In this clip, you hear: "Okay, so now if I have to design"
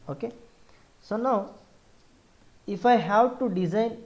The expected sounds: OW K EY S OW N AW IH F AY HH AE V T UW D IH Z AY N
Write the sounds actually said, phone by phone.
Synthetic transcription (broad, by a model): OW K EY S OW N AW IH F AY HH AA W T UW D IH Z AY N